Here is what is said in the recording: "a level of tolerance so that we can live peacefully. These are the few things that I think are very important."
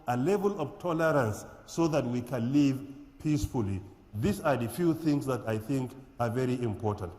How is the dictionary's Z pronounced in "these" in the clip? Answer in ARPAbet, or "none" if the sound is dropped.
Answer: S